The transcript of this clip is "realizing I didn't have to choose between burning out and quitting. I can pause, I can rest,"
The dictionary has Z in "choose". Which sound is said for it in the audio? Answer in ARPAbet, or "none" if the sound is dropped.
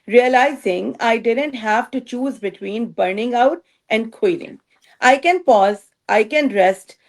Z